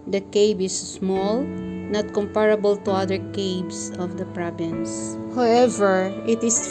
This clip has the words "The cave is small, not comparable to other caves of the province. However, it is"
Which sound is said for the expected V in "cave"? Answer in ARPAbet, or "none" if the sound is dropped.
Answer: B